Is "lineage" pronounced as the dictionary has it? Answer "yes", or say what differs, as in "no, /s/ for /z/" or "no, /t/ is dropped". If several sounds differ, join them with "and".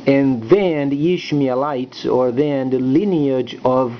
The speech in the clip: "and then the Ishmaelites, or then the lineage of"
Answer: yes